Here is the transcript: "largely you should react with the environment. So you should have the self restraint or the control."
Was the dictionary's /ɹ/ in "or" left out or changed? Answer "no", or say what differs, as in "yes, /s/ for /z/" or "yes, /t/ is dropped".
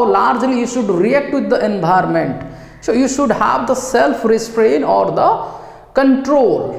no